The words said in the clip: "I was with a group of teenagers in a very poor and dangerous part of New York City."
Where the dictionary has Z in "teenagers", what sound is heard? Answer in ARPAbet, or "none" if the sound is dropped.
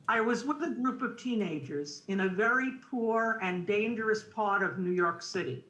Z